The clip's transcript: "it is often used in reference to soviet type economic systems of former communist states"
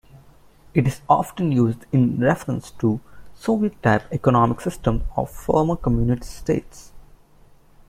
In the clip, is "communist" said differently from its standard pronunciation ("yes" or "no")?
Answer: yes